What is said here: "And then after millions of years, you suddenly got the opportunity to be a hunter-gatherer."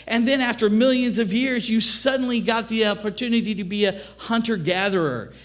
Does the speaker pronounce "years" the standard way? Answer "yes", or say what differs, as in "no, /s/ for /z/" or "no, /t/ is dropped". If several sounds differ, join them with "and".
yes